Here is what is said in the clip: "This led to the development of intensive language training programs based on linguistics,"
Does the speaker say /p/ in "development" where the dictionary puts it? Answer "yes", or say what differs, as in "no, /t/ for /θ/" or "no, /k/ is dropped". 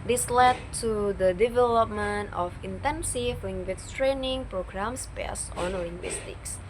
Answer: yes